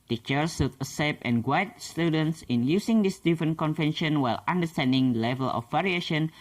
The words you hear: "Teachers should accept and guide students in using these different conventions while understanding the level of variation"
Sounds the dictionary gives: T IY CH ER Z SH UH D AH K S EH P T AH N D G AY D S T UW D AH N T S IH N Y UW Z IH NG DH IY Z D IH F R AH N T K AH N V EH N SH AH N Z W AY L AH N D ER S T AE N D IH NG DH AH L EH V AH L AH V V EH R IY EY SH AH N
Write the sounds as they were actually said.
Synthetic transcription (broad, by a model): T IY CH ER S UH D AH S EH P AH N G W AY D S T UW D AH N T S IH N Y UW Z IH NG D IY S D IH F R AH N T K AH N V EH N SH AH N W AY L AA N D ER S T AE N D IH NG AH L EH V AH L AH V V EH R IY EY SH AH N